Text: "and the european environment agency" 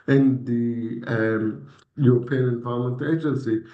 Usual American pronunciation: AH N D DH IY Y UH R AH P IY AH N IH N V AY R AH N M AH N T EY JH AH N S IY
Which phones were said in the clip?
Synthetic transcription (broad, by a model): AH N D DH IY Y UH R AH P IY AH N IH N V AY AH L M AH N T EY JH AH N S IY